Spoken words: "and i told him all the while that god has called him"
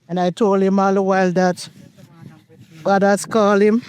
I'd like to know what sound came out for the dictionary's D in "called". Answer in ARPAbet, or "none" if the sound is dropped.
none